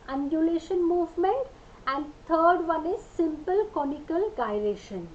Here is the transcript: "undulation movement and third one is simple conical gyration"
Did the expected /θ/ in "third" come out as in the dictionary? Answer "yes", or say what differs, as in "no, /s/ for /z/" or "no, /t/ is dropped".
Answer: no, /t/ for /θ/